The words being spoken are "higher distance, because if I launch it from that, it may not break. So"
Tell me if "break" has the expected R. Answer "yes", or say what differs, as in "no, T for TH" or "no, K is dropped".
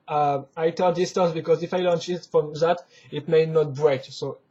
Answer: yes